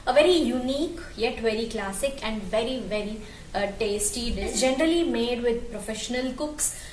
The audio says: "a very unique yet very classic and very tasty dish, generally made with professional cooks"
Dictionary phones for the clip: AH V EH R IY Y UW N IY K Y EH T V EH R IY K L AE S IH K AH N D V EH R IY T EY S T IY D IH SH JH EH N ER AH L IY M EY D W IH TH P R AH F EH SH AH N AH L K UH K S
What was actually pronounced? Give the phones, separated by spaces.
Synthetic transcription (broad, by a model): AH V EH R IY Y UW N IY K Y EH T V EH R IY K L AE S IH K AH N D V EH R IY T EY S T IY D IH S JH EH N ER AH L IY M EY D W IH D P R AH F EH SH AH N AH L K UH K S